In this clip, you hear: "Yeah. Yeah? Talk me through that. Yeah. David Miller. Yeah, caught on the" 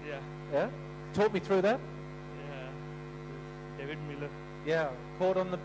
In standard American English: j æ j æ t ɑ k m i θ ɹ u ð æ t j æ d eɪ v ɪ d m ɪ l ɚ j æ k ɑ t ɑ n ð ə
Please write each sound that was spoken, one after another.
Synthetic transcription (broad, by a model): j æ j æ t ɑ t m i θ ɹ u ð æ t j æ d eɪ v ɪ d m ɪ l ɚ j æ k ɑ t n ð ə